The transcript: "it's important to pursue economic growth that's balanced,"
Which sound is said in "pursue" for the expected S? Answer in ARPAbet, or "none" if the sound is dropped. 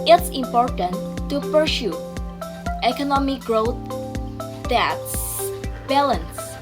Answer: SH